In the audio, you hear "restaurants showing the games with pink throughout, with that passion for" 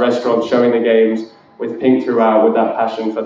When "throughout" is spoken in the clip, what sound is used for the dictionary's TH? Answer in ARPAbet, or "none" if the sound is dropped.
TH